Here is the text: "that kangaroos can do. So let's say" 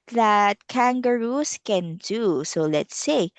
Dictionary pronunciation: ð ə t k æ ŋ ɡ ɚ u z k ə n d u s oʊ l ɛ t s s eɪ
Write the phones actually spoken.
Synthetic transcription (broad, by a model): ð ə t k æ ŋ ɡ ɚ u s k ə n d u s oʊ l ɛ t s s eɪ